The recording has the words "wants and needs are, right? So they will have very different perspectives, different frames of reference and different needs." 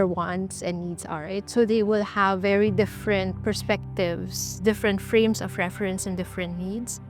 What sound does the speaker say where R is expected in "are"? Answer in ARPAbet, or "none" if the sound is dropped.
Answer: L